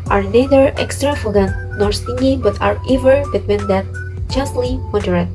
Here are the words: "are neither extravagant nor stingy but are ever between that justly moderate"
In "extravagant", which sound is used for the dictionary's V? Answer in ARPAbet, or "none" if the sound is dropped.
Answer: F